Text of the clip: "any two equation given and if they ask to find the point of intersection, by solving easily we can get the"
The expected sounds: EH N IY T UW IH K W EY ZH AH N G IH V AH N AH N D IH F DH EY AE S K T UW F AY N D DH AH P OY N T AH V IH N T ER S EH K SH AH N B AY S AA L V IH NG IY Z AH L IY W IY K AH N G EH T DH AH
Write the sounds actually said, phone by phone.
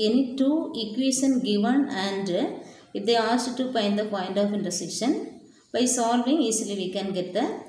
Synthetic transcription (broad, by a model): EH N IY T UW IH K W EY SH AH N G IH V AH N AH N D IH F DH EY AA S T T UW P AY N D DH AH P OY N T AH F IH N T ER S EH SH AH N B AY S AA L V IH NG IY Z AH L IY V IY K AH N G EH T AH